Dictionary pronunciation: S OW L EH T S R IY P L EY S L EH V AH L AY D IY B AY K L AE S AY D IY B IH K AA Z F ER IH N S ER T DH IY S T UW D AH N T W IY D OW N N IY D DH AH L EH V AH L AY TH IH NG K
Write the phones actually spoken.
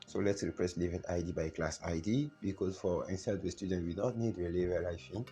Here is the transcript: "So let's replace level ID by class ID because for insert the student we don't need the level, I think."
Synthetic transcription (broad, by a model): S OW L EH T S R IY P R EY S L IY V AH N AY D IY B AY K L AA S AY D IY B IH K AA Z F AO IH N S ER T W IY S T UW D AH N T W IY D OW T N IY D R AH L EH V AH L AY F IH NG